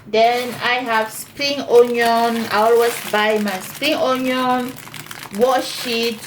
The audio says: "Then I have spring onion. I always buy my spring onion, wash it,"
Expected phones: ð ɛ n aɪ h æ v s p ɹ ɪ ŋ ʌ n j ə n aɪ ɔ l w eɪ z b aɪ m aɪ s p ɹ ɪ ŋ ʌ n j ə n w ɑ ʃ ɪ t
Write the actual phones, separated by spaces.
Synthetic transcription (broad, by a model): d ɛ n aɪ h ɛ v s p ɹ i ŋ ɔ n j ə n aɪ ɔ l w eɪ s b aɪ m aɪ s p ɹ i ŋ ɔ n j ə n w ɑ ʃ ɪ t